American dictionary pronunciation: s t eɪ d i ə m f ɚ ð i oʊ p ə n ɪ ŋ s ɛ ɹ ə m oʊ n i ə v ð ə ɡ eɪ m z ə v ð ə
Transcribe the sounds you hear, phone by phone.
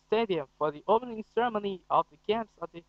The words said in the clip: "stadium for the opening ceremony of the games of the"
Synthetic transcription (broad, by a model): s t eɪ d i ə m f ɚ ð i oʊ p ə n ɪ ŋ s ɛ ɹ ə m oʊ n i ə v ð ə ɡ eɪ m s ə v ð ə